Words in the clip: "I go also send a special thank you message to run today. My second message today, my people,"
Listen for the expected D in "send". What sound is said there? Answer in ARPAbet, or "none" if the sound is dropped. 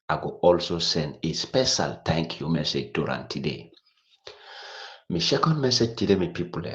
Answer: D